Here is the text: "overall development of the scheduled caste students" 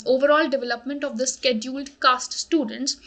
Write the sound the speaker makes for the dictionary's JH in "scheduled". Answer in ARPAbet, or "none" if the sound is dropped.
JH